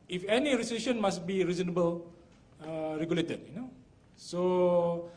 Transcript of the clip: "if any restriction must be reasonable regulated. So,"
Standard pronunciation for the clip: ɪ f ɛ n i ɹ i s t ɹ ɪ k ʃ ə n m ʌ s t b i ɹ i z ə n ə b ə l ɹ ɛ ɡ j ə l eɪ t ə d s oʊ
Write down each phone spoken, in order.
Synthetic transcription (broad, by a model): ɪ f ɛ n i ɹ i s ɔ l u ʃ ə n m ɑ s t b i ɹ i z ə n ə b ə l ɹ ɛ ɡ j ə l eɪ t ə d s oʊ